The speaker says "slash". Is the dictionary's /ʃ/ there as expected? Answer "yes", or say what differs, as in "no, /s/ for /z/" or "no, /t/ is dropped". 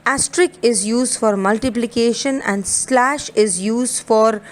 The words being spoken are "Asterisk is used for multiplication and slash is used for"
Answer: yes